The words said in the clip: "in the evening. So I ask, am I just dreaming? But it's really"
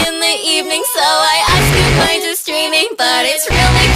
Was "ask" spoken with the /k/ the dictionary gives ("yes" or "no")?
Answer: no